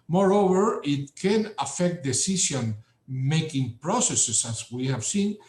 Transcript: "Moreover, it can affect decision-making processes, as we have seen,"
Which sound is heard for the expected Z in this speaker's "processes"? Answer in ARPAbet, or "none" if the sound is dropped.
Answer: S